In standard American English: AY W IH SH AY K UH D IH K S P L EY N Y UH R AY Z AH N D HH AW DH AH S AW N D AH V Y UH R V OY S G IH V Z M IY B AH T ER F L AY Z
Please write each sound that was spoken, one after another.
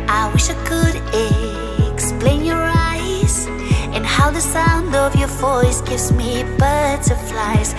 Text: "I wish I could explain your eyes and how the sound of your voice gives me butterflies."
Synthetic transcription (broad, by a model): AY W IH SH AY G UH D IH K S P L EY N Y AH R AY Z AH N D HH AW DH AH S AW N D AH V Y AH R V OY S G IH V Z M IY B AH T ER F L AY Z